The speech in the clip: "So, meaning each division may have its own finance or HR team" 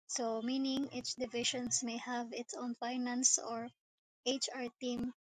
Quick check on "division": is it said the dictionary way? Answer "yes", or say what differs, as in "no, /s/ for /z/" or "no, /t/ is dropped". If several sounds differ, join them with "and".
no, /ʃ/ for /ʒ/